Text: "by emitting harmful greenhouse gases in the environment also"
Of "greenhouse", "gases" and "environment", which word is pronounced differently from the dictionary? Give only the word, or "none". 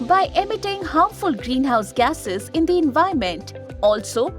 environment